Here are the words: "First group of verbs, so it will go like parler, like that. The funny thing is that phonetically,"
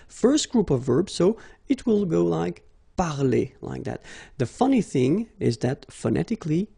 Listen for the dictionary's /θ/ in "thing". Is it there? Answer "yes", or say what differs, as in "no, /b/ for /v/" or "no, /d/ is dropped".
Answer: yes